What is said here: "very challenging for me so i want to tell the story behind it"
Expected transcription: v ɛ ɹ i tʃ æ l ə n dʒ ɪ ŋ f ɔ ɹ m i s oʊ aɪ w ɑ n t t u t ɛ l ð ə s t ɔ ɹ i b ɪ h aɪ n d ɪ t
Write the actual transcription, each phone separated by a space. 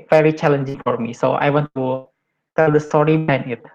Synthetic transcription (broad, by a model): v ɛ ɹ i tʃ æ l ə n dʒ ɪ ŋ f ɔ ɹ m i s oʊ aɪ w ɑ n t t u t ɛ l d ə s t ɔ ɹ i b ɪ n ɪ t